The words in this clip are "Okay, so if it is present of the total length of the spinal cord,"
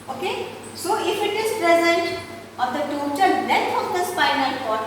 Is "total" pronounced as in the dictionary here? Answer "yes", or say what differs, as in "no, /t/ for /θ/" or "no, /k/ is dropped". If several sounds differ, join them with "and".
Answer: no, /n/ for /l/